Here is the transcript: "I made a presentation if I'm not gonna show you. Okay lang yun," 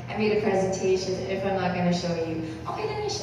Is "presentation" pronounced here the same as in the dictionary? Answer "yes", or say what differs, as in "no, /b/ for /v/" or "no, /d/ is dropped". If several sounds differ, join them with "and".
yes